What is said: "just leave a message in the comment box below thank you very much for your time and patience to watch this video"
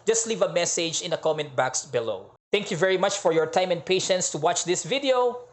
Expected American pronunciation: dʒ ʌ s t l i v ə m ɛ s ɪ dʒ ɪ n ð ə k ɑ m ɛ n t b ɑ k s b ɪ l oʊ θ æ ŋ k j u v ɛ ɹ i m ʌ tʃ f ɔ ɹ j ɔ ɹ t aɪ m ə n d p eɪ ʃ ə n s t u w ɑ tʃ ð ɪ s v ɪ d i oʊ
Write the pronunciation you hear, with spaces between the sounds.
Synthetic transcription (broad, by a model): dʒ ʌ s t l i v ə m ɛ s ɪ dʒ ɪ n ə k ɑ m ɛ n t b ɑ k s b ɪ l oʊ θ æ ŋ k j u v ɛ ɹ i m ʌ tʃ f ɔ ɹ j ɔ ɹ t aɪ m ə n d p eɪ ʃ ə n s t u w ɑ tʃ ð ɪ s v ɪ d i oʊ